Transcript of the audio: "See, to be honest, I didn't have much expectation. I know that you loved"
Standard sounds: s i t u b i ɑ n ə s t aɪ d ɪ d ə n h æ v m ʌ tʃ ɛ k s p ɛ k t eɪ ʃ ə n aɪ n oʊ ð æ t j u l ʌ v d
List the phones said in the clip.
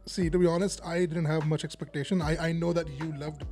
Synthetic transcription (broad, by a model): s i t u b i ɑ n ə s t aɪ d ɪ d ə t h æ v m ʌ tʃ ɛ k s p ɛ k t eɪ ʃ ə n aɪ n oʊ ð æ t j u l ʌ v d